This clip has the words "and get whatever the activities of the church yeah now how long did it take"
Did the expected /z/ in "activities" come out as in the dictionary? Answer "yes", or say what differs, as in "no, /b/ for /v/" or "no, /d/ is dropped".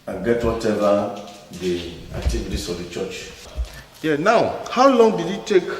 no, /s/ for /z/